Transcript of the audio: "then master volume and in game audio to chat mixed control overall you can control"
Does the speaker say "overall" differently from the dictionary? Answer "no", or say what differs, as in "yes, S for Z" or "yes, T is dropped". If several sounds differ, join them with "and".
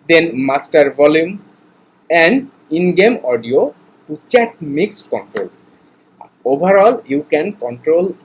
yes, B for V